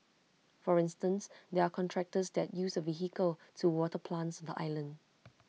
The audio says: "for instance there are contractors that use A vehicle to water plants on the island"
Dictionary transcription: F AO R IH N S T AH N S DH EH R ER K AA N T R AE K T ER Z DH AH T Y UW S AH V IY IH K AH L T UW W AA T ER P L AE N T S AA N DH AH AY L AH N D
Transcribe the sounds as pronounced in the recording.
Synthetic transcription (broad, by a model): F AO R IH N S T AH N S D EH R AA K AA N T R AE K T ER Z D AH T Y UW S AH V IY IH K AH L T UW W AA T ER P L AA N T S AA N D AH AY L AH N D